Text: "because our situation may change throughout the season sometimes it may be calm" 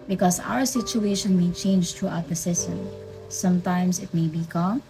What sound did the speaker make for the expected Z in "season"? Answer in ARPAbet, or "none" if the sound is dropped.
S